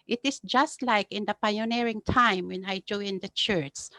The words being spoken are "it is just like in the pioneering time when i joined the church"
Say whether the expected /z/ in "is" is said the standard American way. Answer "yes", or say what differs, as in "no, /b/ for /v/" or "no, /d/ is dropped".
no, /s/ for /z/